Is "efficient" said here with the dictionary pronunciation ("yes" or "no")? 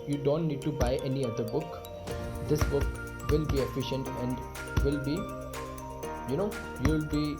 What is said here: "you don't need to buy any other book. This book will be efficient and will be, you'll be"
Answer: yes